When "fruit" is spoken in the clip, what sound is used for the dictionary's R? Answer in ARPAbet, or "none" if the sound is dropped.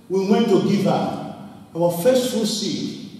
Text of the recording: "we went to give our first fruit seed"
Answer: none